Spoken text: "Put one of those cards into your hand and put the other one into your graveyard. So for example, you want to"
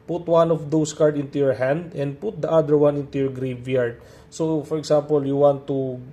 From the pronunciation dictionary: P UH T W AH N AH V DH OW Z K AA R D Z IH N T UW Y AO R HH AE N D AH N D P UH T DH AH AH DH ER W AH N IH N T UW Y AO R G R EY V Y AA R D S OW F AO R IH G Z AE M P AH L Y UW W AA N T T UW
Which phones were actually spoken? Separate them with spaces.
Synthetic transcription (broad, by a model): P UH T W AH N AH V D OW S K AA R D IH N T UW Y AO R HH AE N D AH N D P UH T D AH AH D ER W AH N IH N T UW Y AO R G R EY V Y AA R D S OW F AO R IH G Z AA M P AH L Y UW W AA N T T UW